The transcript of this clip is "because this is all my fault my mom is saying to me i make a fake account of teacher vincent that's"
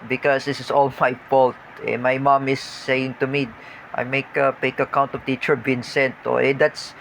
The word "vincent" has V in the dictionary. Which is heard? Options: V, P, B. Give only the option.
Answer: B